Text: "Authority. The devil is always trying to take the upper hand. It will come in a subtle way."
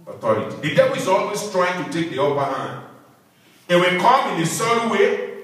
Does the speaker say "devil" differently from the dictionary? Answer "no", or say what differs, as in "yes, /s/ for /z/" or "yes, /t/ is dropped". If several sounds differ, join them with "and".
yes, /b/ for /v/